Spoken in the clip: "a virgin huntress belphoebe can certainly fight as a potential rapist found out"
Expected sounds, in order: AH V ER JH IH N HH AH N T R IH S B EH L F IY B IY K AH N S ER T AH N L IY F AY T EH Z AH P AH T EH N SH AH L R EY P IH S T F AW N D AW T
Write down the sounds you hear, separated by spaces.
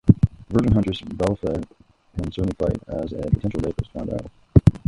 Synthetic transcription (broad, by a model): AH V ER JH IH N HH AH N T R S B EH L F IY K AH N S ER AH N IY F AY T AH Z AH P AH T EH N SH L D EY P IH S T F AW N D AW